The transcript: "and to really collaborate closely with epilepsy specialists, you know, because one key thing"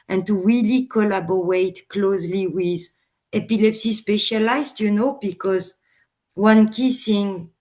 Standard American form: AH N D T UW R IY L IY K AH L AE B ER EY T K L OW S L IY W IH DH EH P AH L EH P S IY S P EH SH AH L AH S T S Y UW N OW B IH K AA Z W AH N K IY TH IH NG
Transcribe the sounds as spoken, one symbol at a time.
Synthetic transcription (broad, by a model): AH N T UW W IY L IY K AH L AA B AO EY T K L OW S L IY W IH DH EH P AH L EH P S IY S P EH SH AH L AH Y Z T Y UW N OW B IH K AA Z W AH N K IY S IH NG